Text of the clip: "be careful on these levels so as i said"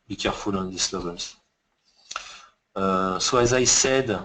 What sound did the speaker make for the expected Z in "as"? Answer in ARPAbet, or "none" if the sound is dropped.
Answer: Z